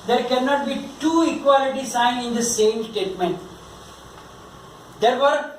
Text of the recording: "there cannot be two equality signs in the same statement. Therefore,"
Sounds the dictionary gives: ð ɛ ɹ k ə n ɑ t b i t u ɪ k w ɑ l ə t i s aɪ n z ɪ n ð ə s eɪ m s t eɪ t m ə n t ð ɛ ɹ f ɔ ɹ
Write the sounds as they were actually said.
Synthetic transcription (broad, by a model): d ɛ ɹ k ə n ɑ t b i t u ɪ k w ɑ l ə t i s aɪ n ɪ n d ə s eɪ m s t eɪ t m ə n t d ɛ ɹ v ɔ ɹ